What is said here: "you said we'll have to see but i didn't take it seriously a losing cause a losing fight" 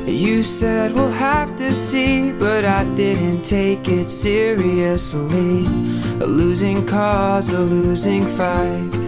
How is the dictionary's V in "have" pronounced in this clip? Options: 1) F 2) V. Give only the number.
1